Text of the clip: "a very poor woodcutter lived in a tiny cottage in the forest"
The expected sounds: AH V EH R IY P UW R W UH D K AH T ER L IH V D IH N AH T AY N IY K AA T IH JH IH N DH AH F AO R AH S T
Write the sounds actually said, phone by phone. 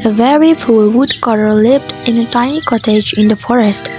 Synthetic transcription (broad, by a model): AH V EH R IY F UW L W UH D K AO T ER L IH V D IH N AH T AY N IY K AA T IH JH IH N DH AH F AO R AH S T